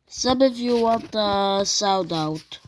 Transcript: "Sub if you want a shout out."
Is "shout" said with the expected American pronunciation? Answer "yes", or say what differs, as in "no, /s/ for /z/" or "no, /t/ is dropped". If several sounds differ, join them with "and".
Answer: no, /s/ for /ʃ/